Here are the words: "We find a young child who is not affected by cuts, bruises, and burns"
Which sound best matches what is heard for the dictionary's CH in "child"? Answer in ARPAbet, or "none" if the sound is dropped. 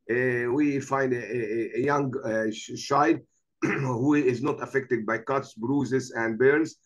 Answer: SH